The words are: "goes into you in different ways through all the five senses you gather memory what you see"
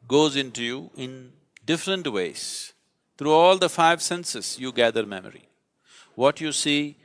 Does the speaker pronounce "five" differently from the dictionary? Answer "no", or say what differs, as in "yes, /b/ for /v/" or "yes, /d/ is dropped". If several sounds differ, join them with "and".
no